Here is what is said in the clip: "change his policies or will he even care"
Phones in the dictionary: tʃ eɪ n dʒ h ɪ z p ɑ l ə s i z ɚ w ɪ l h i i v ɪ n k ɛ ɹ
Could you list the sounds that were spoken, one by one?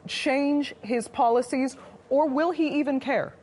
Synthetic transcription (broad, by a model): tʃ eɪ n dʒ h ɪ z p ɑ l ə s i z ɚ w ɪ l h i i v ɪ n k ɛ ɹ